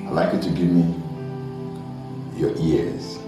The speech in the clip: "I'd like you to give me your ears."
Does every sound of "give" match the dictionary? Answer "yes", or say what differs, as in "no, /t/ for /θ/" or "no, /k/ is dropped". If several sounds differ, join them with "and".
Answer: yes